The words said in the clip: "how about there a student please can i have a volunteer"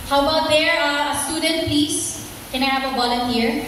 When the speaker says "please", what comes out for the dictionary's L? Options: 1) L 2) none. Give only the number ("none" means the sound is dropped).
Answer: 2